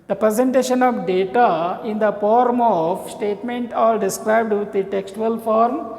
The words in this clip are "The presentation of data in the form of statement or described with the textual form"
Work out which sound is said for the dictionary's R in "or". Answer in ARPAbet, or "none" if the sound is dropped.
L